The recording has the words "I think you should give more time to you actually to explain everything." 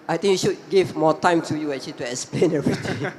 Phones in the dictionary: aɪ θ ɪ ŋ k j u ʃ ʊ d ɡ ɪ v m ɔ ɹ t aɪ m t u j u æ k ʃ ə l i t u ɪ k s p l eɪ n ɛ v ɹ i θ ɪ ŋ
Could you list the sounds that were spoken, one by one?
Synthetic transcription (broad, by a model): aɪ t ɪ ŋ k j u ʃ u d ɡ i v m ɔ t aɪ m t u j u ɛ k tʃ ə l i t u ɪ k s p l eɪ n ɛ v ɹ i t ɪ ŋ